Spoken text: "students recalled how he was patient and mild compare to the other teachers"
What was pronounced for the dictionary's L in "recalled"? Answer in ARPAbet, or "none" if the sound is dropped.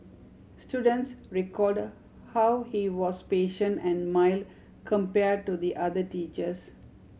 none